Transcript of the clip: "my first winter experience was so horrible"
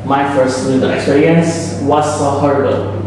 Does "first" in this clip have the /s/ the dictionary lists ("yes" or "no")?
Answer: yes